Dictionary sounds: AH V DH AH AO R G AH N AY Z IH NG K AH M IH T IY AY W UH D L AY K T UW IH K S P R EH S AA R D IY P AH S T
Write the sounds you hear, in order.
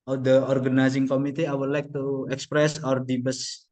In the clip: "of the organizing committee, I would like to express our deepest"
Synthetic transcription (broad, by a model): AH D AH AO R G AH N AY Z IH NG K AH M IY T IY AY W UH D L AY K T UW IH K S P R EH S AA R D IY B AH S